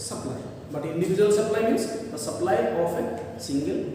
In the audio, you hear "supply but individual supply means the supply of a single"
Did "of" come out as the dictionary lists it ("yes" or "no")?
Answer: no